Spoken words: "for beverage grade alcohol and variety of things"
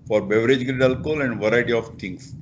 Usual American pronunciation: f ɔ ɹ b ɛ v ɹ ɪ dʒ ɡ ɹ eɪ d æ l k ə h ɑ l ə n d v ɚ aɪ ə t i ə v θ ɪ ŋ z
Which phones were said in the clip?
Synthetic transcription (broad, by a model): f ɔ ɹ b ɛ v ɹ ɪ dʒ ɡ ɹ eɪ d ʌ l k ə l ə n d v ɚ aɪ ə t i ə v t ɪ ŋ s